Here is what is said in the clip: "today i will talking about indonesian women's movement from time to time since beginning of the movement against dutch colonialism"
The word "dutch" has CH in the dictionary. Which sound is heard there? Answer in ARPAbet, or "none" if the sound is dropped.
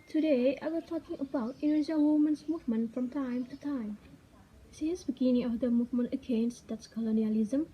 S